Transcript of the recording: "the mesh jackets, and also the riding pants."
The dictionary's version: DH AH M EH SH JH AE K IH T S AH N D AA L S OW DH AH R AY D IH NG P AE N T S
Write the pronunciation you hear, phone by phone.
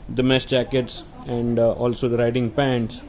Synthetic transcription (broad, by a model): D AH M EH S JH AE K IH T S AH N D AA L S OW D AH R AY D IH NG P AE N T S